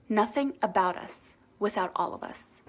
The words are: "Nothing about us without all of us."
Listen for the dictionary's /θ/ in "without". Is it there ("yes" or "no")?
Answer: yes